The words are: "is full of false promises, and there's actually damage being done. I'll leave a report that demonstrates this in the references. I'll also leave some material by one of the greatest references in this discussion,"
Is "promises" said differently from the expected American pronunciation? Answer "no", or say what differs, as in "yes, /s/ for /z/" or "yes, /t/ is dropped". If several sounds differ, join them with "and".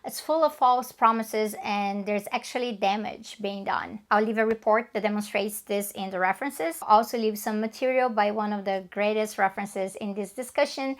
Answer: no